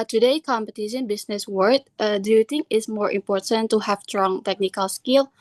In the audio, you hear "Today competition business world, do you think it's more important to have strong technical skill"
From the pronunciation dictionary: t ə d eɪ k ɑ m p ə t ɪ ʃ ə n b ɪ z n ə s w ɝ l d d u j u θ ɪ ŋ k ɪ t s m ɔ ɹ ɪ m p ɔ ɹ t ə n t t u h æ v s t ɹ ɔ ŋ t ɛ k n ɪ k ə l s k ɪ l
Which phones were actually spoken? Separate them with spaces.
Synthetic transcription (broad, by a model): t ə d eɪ k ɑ m p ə t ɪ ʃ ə n b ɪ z n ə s w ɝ d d j u t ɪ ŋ ɪ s m ɔ ɹ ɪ m p ɔ ɹ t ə n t t u h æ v s t ɹ ɔ ŋ t ɛ k n ɪ k ə l s k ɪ l